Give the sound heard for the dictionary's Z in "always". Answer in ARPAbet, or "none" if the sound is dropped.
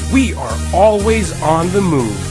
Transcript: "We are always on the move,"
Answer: Z